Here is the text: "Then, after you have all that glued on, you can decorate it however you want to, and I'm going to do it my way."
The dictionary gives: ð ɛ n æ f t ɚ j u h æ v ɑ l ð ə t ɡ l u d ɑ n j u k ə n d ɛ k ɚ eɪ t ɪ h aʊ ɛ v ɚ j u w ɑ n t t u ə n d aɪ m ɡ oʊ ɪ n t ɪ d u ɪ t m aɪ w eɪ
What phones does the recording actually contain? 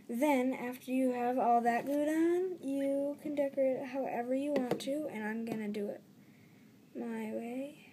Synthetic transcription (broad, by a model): ð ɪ n æ f t ɚ j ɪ v ɑ l ð ə t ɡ u d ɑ n j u k ə n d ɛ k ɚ ɪ h aʊ ɛ v ɚ j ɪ w ɑ n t t u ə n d aɪ m ɡ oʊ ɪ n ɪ d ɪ ɪ t m aɪ w eɪ